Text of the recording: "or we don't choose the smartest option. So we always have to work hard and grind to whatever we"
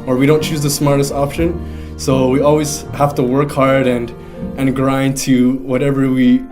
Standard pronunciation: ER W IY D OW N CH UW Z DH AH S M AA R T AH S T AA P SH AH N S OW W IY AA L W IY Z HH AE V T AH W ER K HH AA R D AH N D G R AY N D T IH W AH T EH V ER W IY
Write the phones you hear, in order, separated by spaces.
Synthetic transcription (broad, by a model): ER W IY D OW N CH UW Z DH AH S M AA R T AH S T AA P SH AH N S OW W IY AA L W IY Z HH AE F T AH W ER K HH AA R D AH N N G R AY N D T IH W AH T EH V ER W IY